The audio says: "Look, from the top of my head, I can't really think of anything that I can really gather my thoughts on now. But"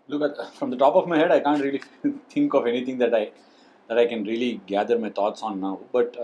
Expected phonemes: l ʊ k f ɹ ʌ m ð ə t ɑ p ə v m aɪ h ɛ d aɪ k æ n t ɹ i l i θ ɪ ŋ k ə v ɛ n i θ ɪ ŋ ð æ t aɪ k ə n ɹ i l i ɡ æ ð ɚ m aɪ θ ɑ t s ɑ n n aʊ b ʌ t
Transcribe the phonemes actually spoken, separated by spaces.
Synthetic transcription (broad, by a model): l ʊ k f ɹ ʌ m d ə t ɑ p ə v m aɪ h ɛ d aɪ k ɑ n t ɹ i l i t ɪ ŋ k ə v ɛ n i t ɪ ŋ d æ t aɪ k ə n ɹ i l i ɡ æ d ɚ m aɪ t ɑ t s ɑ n n aʊ b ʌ t